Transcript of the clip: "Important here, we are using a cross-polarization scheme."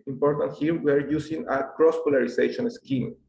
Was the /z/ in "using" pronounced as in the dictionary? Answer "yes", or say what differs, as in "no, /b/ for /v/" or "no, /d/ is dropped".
no, /s/ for /z/